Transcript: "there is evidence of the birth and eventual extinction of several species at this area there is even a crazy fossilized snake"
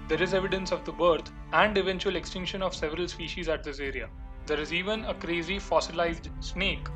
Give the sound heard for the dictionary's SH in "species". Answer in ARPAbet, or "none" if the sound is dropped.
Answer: SH